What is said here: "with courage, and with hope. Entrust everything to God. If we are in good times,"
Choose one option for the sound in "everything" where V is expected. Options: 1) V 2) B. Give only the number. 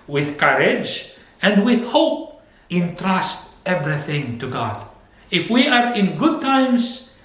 1